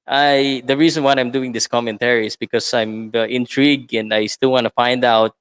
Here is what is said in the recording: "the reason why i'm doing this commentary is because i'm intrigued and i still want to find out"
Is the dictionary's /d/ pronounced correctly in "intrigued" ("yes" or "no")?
no